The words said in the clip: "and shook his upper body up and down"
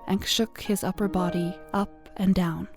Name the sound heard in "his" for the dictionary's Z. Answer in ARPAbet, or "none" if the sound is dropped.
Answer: Z